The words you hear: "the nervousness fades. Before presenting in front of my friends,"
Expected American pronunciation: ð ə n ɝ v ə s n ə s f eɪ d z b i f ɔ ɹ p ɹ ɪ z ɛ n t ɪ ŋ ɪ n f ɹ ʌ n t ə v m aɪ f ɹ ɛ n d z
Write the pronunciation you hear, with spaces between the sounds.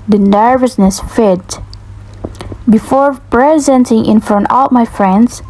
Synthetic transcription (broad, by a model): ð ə n ɝ v ə s n ə s f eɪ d b i f ɔ ɹ p ɹ ɪ z ɛ n t ɪ ŋ ɪ n f ɹ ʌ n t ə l m aɪ f ɹ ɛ n d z